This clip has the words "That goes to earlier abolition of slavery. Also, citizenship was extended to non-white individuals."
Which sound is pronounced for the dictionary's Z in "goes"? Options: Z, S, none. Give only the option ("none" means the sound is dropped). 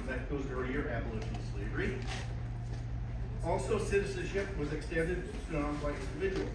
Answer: Z